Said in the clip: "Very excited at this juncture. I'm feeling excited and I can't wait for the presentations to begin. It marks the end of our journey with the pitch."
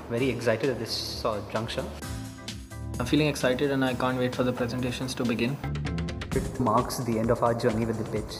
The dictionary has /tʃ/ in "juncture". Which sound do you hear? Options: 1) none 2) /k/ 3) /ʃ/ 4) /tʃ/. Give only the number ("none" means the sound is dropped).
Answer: 3